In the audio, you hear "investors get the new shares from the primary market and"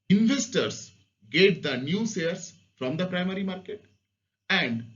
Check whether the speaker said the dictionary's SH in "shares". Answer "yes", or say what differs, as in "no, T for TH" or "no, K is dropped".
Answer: no, S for SH